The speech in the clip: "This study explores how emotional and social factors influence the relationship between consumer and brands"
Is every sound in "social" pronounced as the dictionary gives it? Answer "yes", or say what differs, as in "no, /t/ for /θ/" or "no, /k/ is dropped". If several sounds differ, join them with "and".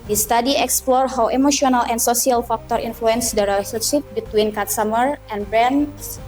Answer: no, /s/ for /ʃ/